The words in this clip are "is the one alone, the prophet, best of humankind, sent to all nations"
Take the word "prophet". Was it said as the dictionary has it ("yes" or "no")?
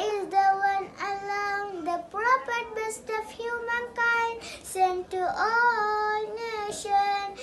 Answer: no